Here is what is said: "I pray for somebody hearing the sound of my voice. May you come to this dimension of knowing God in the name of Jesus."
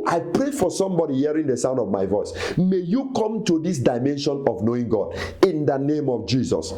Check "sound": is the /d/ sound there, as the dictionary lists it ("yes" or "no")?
yes